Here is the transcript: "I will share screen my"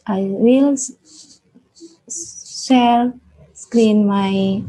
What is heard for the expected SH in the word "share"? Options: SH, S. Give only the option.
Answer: S